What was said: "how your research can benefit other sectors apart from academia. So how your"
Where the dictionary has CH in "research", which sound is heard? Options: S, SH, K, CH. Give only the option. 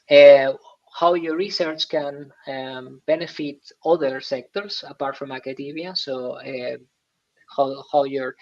CH